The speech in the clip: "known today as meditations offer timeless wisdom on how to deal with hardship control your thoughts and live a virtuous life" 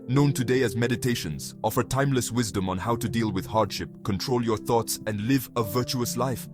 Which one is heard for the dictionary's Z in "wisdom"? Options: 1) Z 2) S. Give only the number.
1